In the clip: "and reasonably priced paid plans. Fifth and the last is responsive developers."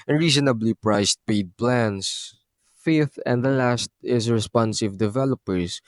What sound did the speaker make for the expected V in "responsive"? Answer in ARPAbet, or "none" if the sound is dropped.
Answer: V